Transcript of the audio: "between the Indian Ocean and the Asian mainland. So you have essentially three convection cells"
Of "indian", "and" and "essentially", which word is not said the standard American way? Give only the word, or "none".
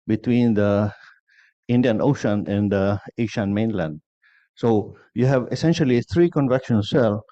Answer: none